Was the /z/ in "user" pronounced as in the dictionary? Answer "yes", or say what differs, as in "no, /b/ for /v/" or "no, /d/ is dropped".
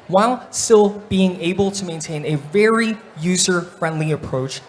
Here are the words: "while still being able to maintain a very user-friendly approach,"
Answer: yes